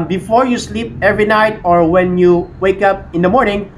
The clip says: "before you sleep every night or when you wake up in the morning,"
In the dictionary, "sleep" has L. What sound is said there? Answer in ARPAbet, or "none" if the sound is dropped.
L